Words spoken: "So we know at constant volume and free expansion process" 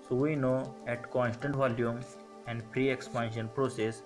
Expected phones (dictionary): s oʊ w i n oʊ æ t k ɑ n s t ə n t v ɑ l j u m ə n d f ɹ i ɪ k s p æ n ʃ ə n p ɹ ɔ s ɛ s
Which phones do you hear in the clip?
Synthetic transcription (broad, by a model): s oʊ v i n oʊ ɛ t k ɑ n s t ə n t v ɑ l j u m ə n d p ɹ i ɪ k s p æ n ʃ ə n p ɹ ɔ s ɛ s